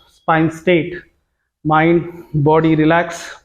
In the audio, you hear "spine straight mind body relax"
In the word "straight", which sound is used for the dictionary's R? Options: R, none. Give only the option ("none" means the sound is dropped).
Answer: none